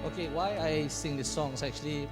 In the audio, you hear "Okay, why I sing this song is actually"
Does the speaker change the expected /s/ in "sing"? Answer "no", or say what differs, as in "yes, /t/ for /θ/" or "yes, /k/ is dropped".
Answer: no